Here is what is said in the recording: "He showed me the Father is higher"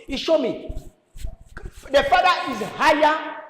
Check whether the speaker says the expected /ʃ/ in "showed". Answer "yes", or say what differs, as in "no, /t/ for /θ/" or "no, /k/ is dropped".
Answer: yes